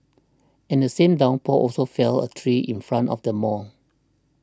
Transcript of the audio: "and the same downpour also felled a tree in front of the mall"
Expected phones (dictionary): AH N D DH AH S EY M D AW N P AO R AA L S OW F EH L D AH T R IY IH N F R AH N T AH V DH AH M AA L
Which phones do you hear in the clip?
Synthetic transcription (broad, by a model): AH N D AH S EY M D AW N P AO AA L S OW F EH L AH T R IY IH N F R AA N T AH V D AH M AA N